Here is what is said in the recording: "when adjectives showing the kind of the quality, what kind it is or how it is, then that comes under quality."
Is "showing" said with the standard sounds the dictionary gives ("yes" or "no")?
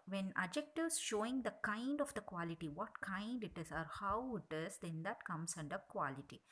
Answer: yes